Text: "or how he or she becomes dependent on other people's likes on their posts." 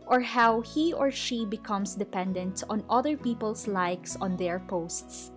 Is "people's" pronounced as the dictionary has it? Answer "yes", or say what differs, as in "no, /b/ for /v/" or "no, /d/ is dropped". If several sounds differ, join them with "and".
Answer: no, /s/ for /z/